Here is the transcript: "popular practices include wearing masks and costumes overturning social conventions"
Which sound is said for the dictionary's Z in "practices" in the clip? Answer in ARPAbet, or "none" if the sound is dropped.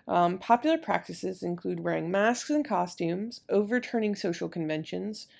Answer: Z